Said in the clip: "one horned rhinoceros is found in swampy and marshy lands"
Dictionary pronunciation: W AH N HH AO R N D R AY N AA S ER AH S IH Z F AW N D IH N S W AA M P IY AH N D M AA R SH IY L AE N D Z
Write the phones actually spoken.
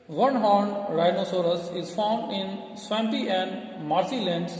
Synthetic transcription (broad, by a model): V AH N HH AO R N D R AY N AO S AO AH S IH Z F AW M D IH N S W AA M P IY AH N D M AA R S IY L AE N D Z